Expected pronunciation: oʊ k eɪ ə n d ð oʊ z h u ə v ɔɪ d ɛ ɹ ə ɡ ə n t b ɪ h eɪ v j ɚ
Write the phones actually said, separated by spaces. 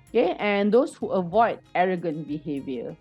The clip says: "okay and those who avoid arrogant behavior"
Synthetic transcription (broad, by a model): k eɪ ə n d oʊ s h u ə v ɔɪ d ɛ ɹ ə ɡ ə n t b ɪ h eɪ v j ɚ